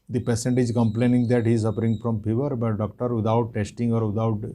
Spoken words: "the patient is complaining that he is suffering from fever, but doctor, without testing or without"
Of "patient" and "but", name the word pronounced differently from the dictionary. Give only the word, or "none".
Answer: patient